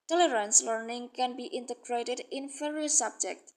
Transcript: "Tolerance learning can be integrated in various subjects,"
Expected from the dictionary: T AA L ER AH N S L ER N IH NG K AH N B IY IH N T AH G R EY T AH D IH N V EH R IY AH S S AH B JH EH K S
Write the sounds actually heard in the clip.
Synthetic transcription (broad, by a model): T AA L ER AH N S L ER N IH NG K AH N B IY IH N T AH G R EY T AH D IH N F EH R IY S S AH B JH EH K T